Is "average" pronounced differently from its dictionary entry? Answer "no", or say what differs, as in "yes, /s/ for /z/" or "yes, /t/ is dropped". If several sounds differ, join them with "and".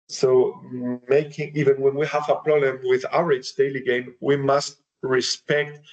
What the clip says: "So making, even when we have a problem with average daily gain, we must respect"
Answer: yes, /v/ is dropped